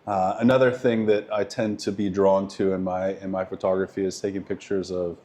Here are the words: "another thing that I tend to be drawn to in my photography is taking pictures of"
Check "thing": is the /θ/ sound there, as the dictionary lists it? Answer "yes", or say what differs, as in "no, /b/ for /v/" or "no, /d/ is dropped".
yes